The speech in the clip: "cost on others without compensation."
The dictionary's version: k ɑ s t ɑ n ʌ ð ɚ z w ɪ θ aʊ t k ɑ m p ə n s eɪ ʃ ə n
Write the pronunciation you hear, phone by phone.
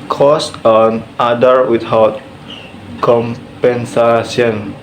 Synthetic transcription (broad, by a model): k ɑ s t ɑ n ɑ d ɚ w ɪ t aʊ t k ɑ m p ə n s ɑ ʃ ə n